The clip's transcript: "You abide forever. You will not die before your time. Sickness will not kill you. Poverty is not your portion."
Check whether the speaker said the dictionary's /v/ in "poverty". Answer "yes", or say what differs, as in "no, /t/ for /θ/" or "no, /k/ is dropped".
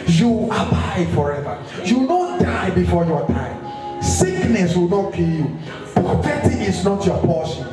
no, /f/ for /v/